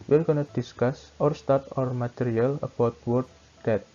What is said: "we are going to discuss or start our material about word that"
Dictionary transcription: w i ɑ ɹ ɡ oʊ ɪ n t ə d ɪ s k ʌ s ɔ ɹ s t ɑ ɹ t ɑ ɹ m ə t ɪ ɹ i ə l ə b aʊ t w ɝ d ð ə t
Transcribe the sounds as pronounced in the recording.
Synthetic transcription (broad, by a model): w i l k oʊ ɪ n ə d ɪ s k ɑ s ɔ ɹ s t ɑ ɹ t ɑ ɹ m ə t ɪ ɹ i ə l ə b aʊ t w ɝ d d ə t